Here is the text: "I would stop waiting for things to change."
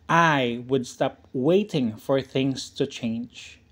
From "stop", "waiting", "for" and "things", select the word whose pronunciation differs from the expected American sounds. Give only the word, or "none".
none